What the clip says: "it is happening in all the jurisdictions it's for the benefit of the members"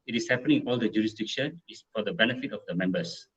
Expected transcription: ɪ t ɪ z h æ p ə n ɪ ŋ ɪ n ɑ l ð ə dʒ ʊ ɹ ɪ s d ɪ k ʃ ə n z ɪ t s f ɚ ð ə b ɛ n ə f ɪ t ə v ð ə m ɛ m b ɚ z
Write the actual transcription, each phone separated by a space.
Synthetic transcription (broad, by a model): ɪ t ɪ s h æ p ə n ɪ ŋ ɑ l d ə dʒ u ɹ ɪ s d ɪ k ʃ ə n ɪ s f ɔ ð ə b ɛ n ə f ɪ t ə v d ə m ɛ m b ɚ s